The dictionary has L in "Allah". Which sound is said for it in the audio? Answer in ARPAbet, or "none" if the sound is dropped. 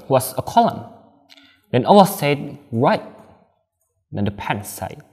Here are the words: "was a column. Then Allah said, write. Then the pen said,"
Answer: W